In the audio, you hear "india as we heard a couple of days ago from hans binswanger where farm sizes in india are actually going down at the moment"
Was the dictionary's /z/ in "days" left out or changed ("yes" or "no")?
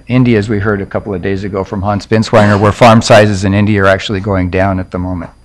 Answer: no